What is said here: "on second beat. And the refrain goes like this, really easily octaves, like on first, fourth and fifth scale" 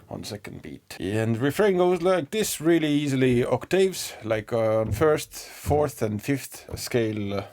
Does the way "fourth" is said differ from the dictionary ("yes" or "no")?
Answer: no